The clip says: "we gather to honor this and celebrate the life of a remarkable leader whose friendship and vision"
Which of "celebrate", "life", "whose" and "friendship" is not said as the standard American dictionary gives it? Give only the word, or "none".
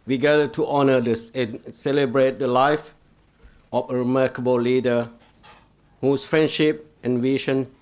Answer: whose